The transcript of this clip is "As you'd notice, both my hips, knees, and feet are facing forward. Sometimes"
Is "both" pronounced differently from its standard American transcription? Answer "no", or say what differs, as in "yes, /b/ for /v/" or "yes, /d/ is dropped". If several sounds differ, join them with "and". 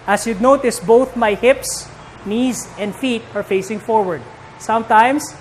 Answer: no